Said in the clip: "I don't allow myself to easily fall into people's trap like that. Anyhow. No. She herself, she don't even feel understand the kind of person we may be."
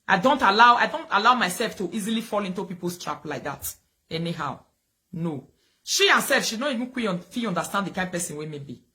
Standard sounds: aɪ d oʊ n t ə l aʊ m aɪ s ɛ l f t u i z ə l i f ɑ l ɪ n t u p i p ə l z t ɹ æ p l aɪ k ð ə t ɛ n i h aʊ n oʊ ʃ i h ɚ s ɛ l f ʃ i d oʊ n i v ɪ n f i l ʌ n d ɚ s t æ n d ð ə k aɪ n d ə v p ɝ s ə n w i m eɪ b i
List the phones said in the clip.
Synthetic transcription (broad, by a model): aɪ d oʊ n t ə l aʊ m aɪ s ɛ l f t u i z ə l i f ɑ l ɪ n t u p i p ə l s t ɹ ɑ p l aɪ k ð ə t ɛ n i h aʊ n oʊ ʃ i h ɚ s ɛ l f ʃ i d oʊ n i v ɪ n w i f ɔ n d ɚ s t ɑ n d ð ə k aɪ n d p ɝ s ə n w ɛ m eɪ b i